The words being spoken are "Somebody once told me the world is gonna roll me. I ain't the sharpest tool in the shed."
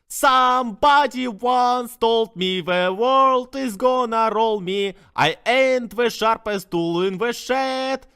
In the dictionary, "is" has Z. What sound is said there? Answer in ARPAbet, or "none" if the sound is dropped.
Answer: Z